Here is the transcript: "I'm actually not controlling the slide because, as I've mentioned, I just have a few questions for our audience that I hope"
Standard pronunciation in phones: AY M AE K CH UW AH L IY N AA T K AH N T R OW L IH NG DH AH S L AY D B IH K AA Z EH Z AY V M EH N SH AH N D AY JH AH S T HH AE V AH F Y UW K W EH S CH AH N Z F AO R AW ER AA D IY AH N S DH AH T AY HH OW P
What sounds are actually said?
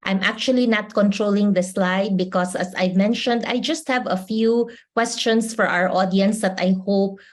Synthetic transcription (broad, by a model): AY M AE K CH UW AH L IY N AA T K AH N T R OW L IH NG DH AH S L AY D B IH K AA S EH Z AY V M EH N SH AH N D AY JH AH S T HH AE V AH F Y UW K W EH S CH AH N S F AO R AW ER AA D IY AH N S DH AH T AY HH OW P